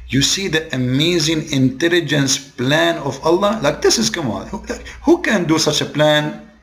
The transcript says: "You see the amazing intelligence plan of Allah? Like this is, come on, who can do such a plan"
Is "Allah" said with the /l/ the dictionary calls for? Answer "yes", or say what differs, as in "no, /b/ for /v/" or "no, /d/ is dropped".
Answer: yes